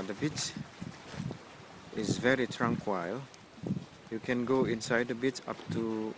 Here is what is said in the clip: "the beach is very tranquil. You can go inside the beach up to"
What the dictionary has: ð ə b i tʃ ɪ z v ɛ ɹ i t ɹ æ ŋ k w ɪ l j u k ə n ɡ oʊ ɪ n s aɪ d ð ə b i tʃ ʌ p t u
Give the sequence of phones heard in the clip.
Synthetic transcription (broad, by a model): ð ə b i tʃ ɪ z v ɛ ɹ i t ɹ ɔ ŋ k w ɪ l j u k ə n ɡ oʊ ɪ n s aɪ d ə b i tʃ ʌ p t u